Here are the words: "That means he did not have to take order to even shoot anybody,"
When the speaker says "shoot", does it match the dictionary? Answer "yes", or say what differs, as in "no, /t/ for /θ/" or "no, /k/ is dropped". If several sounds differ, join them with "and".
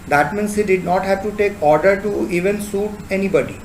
no, /s/ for /ʃ/